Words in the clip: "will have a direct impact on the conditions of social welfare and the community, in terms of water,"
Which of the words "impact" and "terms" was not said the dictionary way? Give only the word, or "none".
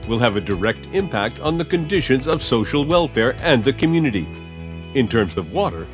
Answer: none